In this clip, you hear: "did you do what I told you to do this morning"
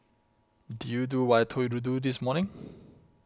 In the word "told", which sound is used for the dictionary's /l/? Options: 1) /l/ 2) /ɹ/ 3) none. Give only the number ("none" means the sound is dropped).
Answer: 3